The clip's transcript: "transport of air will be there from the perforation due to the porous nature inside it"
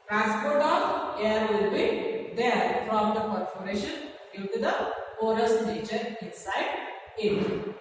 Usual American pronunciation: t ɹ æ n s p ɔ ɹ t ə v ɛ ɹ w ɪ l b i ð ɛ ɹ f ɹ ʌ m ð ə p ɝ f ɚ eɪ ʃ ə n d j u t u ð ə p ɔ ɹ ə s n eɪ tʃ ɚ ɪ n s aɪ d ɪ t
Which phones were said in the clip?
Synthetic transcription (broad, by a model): t ɹ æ n s p ɔ ɹ t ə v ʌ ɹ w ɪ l b i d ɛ ɹ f ɹ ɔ m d ə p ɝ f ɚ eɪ ʃ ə n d j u t u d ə f ɔ ɹ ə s n eɪ tʃ ɚ ɪ n s aɪ d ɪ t